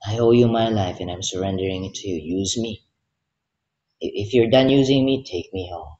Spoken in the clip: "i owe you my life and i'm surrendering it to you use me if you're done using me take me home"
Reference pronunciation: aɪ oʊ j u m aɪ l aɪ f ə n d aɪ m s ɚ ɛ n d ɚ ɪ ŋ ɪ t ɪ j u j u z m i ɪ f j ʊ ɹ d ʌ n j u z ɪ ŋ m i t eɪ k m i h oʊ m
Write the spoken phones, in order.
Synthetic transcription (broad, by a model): aɪ oʊ j u m aɪ l aɪ f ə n aɪ m s ɚ ɛ n d ɚ ɪ ŋ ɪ t ɪ j u j u z m i ɪ f j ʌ ɹ d ʌ n j u z ɪ ŋ m i t eɪ k m i h oʊ m